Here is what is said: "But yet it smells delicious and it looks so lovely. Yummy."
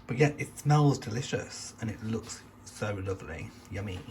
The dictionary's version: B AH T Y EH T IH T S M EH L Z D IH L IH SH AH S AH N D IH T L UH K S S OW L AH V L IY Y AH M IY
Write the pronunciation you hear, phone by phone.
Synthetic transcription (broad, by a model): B AH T Y EH T IH T S M EH L Z D IH L IH SH AH S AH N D IH T L UH K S S OW L AH V L IY Y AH M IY